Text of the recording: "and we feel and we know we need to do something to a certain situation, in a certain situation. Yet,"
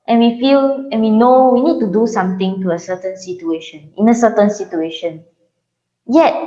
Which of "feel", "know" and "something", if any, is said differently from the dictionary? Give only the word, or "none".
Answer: something